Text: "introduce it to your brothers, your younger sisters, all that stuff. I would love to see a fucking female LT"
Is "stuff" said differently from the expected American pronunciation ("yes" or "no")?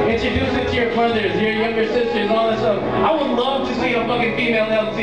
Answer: yes